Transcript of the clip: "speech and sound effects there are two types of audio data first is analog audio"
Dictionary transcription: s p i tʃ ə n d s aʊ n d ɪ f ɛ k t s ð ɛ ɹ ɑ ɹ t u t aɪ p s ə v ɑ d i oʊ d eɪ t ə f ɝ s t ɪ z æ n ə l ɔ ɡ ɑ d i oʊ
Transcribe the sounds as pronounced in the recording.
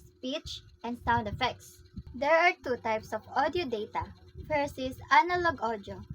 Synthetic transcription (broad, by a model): s p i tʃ ə n d s aʊ n d ɪ f ɛ k t s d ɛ ɹ ɑ ɹ t u t aɪ p s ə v ɑ d i oʊ d eɪ t ə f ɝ s ɪ s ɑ n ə l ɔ ɡ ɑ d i oʊ